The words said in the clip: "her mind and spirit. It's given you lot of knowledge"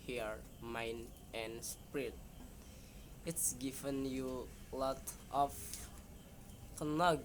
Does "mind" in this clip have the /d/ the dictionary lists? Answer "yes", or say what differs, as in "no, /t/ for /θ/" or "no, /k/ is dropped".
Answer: no, /d/ is dropped